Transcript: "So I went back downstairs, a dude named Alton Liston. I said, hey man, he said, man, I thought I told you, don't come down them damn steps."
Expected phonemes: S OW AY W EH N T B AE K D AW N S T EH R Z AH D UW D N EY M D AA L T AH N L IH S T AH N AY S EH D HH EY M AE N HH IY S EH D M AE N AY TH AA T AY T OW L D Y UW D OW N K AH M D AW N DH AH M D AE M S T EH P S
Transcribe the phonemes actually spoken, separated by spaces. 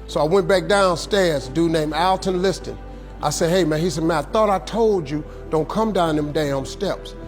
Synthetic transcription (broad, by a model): S OW AY W EH N B AE K D AW N S T EH R Z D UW N EY M AE L T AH N L IH S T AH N AY S EH D HH EY M AE N HH IY S EH D M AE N AY TH AA T AY T OW L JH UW D OW N K AH M D AW N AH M D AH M S T EH P S